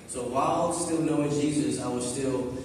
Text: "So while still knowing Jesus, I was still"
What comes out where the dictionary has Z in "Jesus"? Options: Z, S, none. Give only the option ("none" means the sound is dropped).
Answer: Z